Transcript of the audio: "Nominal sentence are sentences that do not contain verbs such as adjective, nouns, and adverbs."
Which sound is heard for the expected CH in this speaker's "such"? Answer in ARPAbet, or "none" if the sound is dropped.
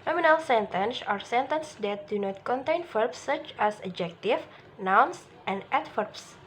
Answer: CH